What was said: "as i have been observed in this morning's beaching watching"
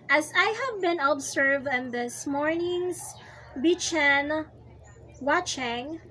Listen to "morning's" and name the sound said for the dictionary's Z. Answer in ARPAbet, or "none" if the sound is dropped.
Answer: S